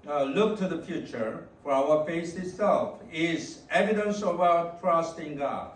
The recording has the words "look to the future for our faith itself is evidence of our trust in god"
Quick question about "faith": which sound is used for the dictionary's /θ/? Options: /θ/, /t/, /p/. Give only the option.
/t/